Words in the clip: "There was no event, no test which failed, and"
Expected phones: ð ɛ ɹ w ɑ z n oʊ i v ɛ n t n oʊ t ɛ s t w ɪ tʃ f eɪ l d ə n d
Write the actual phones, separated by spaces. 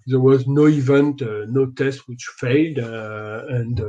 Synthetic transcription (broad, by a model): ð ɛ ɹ w ɑ z n oʊ i v ɛ n t n oʊ t ɛ s t w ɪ tʃ f eɪ l d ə n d